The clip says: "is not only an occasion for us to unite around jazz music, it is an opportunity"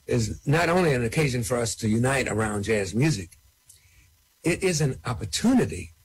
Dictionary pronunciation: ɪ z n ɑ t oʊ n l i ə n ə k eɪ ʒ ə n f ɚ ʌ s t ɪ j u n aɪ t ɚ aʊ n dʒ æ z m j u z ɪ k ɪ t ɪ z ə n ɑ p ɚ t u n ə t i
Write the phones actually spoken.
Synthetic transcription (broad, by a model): ɪ z n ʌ t oʊ n l i ə n ə k eɪ ʒ ə n f ɚ ʌ s t ɪ j u n aɪ t ɚ aʊ n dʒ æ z m j u z ɪ k ɪ t ɪ z ə n ɑ p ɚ t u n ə t i